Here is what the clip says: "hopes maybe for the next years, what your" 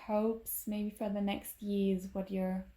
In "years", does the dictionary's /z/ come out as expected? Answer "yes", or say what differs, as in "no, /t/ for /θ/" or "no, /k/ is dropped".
yes